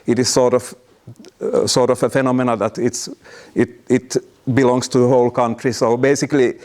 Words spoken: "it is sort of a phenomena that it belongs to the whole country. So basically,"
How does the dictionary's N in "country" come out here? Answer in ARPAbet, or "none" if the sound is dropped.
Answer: N